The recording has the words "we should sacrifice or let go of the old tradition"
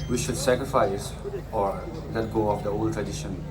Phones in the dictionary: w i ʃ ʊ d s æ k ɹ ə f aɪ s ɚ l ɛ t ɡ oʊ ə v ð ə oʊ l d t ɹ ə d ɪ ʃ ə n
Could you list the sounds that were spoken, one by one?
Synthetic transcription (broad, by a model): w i ʃ ʊ d s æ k ɹ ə f aɪ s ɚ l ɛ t ɡ oʊ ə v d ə oʊ l d t ɹ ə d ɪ ʃ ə n